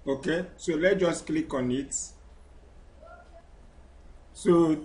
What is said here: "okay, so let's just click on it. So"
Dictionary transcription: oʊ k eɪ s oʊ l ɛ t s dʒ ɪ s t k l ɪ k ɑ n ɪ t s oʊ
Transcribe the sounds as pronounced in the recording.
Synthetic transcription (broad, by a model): oʊ k eɪ s oʊ l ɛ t dʒ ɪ s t k l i k ɑ n ɪ t s oʊ